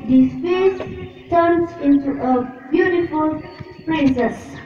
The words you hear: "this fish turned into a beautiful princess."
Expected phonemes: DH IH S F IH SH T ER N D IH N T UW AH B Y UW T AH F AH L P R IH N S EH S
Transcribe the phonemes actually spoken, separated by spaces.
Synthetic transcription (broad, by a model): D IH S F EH S T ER N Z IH N T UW AH B Y UW T AH F AH L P R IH N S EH S